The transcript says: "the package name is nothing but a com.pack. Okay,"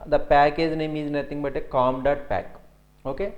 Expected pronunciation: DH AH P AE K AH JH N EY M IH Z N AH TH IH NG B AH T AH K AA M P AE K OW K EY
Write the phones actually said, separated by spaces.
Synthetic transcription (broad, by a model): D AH P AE K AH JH N EY M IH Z N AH T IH NG B AH T AH K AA M P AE K OW K EY